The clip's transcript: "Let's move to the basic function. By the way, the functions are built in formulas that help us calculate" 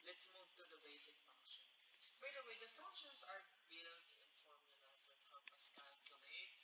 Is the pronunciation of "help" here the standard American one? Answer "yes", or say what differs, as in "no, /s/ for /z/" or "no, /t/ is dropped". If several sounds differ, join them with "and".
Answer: no, /l/ is dropped